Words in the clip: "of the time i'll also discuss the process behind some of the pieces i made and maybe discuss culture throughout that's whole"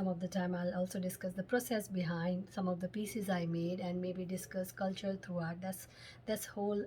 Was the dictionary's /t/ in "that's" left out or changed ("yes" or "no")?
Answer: yes